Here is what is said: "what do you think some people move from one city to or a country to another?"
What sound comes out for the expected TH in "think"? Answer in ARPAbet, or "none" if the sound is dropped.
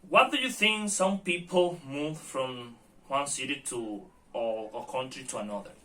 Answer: TH